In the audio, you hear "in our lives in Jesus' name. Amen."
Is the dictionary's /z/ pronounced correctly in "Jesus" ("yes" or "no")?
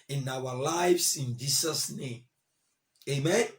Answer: no